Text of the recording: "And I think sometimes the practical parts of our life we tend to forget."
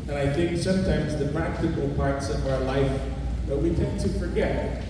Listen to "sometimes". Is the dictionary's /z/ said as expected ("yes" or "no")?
yes